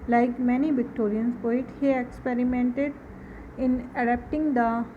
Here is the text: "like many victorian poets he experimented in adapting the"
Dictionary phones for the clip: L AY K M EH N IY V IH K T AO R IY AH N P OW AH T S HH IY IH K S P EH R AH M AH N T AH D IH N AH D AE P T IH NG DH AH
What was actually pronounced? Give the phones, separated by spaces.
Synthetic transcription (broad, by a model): L AY K M EH N IY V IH K T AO R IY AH N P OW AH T HH IY IH K S P EH R AH M AH N T AH D IH N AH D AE P T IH NG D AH